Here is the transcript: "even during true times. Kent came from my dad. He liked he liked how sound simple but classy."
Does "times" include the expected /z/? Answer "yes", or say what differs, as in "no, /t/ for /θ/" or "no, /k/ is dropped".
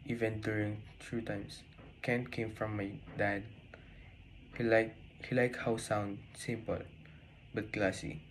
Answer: no, /s/ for /z/